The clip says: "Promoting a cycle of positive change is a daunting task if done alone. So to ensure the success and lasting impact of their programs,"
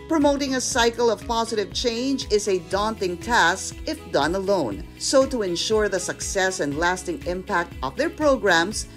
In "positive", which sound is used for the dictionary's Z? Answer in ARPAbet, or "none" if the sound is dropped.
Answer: Z